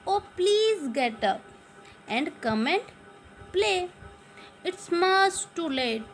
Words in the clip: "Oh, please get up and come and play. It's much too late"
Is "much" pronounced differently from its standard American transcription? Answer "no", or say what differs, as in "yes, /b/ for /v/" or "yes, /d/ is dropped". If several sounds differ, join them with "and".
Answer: yes, /s/ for /tʃ/